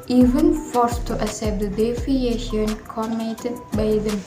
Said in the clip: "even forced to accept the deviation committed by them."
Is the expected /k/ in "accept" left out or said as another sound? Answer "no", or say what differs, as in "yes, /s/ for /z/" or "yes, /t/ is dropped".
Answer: yes, /k/ is dropped